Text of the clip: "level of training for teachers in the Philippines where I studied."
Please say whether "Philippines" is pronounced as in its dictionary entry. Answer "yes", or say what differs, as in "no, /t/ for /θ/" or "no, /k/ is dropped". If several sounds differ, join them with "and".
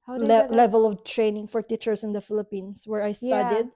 no, /s/ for /z/